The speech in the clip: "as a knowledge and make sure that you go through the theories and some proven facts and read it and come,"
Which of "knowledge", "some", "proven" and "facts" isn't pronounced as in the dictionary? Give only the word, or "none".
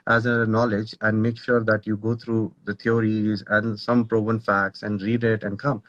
proven